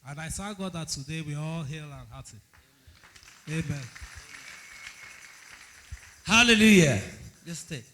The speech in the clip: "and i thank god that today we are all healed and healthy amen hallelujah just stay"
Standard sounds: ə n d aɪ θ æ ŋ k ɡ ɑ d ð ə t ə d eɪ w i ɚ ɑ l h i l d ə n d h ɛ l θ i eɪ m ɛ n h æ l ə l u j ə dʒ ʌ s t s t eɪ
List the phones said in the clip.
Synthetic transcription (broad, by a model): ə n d aɪ s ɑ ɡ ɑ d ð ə t ə d eɪ w i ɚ ɑ l h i l ə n h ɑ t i eɪ m ɛ n h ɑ l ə l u j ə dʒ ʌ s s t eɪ